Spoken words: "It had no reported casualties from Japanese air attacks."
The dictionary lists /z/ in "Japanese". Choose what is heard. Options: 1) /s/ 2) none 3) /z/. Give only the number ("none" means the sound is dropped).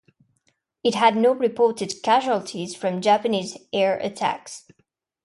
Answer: 3